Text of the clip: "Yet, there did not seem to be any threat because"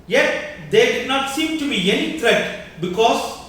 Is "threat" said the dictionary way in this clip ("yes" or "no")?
no